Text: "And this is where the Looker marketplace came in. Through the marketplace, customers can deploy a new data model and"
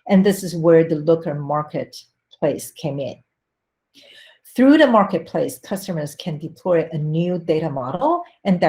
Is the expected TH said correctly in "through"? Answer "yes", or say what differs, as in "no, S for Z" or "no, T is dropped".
yes